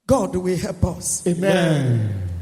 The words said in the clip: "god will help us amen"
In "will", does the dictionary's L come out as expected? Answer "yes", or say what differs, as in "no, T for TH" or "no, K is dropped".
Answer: no, W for L